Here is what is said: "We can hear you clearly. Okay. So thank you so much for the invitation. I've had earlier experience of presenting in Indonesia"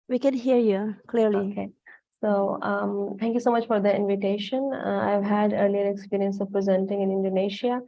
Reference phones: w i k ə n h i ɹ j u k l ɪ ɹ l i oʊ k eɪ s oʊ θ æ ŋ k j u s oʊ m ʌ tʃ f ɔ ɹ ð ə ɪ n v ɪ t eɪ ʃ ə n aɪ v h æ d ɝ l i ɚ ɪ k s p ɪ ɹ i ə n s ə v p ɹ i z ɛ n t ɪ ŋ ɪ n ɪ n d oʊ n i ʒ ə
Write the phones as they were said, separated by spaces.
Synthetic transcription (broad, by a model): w i k ə n h i ɹ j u k l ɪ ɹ l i oʊ k eɪ s oʊ t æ ŋ k j u s oʊ m ʌ tʃ f ɔ ɹ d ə ɪ n v ɪ t eɪ ʃ ə n aɪ v h æ d ɝ l i ɚ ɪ k s p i ɹ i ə n s ə v p ɹ i z ɛ n t ɪ ŋ ɪ n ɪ n d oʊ n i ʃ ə